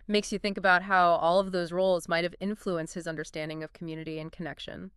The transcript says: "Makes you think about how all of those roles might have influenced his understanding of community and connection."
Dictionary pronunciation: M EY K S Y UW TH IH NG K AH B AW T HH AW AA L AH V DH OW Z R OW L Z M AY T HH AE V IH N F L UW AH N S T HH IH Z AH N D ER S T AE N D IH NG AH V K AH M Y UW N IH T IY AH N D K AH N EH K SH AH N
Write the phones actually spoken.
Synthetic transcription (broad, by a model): M EY K S Y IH TH IH NG K AH B AW T HH AW AA L AH V DH OW Z R OW L Z M AY T HH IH V IH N F L UW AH N S T HH IH Z AH N D ER S T AE N D IH NG AH V K M Y UW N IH T IY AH N K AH N EH K SH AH N